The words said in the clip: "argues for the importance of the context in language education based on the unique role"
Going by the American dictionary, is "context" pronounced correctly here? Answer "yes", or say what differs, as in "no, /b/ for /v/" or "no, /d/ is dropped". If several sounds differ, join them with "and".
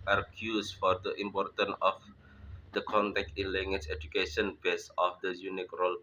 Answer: no, /s/ is dropped